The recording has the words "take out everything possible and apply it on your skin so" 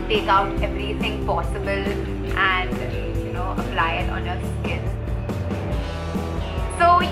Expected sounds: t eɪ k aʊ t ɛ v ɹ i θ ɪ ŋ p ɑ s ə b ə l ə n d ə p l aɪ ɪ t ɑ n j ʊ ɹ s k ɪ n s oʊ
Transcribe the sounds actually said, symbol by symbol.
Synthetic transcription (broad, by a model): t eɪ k aʊ t ɛ v ɹ i θ ɪ ŋ p ɑ s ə b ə l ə n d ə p l aɪ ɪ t ɑ n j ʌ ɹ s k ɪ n s oʊ